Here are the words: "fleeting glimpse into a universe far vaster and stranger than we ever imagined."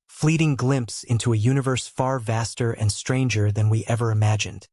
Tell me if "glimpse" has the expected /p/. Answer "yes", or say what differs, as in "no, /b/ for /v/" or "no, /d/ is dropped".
yes